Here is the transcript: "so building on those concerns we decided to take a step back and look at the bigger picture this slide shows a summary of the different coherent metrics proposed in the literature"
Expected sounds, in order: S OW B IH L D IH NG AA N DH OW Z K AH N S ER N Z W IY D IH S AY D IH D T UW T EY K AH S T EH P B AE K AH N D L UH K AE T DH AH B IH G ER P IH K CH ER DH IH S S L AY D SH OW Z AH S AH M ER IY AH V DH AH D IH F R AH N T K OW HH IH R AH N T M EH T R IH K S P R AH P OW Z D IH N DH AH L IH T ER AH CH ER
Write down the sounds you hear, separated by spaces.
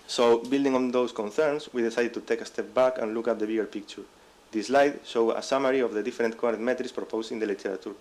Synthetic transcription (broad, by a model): S OW B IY L D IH NG AA N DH OW S K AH N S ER N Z W IY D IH S AY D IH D T UW T EY K AH S T EH P B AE K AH N L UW K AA T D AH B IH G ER P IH K CH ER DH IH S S L AY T SH OW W AH S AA M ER IY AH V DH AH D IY F R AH N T K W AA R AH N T M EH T R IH S P R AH P OW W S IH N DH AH L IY T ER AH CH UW